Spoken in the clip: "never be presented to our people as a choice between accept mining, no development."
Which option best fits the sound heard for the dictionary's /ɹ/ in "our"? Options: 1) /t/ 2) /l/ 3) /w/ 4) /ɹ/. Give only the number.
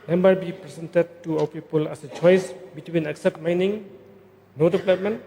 3